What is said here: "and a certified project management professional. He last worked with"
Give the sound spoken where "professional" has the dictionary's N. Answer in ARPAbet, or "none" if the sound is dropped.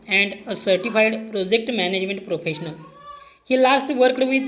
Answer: N